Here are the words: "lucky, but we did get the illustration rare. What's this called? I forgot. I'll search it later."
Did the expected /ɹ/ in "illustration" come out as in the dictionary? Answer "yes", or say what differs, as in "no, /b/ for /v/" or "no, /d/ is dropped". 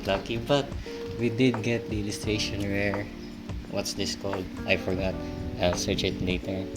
yes